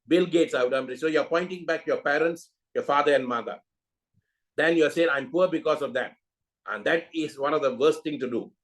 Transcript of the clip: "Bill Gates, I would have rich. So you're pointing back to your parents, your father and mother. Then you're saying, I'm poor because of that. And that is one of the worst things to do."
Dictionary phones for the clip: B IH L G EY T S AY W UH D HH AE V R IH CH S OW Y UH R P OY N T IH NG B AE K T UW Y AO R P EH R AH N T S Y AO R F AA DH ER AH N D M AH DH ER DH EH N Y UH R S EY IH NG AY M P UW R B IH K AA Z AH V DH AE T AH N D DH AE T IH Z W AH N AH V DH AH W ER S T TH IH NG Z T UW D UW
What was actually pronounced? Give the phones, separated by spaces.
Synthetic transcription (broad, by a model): B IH L G EY T S AY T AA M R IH S OW Y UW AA P OY N T IH NG B AE K T UW Y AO P EH R AH N T S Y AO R F AA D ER AH N D M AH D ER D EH N Y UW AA S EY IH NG AY M P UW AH B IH K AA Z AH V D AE T AH N D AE T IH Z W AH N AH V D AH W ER S T T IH NG T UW D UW